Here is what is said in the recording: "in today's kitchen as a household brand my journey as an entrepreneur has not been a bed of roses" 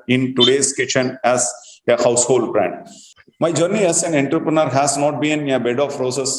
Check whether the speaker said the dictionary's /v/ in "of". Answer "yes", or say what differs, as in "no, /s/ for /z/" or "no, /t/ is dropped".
no, /p/ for /v/